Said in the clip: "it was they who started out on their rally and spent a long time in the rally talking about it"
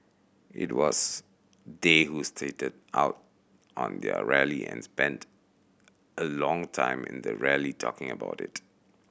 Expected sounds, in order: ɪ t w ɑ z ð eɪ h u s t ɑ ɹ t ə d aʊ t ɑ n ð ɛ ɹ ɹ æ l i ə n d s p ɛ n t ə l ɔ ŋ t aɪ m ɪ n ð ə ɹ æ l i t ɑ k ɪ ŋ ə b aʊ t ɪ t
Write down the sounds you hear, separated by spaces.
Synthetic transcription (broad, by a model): ɪ t w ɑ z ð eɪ h u s t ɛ t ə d aʊ t ɑ n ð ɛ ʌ ɹ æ l i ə n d s p ɛ n t ə l ɔ ŋ t aɪ m ɪ n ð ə ɹ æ l i t ɑ k ɪ ŋ ə b aʊ t ɪ t